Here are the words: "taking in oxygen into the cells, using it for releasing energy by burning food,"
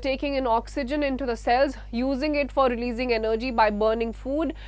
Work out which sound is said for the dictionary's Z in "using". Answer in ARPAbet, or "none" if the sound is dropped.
Z